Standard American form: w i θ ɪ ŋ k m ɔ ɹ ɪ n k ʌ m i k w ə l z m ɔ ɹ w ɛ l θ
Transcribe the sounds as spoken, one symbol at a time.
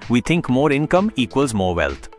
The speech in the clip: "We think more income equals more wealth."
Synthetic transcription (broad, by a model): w i t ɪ ŋ k m ɔ ɹ ɪ n k ʌ m i k w ə l z m ɔ ɹ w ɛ l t